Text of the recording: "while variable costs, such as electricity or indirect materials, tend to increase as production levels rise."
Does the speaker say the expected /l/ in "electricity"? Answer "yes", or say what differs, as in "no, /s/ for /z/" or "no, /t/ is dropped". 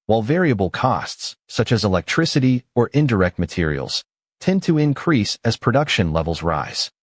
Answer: yes